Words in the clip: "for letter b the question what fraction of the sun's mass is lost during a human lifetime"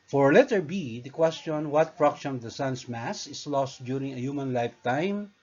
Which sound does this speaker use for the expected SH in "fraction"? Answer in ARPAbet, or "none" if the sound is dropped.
S